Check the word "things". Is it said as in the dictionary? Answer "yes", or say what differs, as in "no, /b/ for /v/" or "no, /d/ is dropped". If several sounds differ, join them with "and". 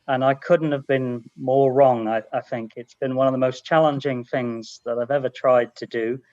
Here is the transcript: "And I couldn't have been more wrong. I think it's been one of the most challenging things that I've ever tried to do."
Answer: yes